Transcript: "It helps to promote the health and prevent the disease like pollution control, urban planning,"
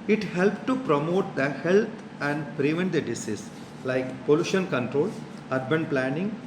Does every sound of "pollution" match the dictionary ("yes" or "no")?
yes